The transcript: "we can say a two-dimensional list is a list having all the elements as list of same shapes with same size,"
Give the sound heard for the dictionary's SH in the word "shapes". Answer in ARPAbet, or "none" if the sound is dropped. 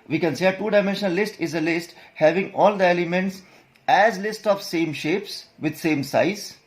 SH